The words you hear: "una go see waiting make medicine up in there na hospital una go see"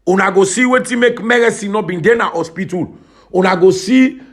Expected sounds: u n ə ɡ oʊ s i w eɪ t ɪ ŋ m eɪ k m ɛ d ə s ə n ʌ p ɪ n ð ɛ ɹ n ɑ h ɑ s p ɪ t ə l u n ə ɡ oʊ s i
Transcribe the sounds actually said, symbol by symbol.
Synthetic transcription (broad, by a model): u n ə ɡ oʊ s i w eɪ t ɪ m eɪ k m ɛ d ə s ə n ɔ b ɪ n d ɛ n ɑ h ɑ s p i t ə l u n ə ɡ oʊ s i